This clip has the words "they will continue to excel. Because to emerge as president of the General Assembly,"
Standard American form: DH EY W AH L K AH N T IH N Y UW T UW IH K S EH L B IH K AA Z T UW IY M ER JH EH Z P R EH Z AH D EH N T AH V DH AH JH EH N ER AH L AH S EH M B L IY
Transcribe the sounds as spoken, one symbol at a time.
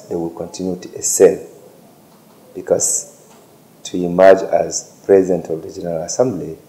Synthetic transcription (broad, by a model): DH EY W AH L K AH N T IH N Y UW T UW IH S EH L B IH K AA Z T UW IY M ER JH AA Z P R EH Z AH D EH N T AH V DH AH JH EH N ER AH L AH S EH M B L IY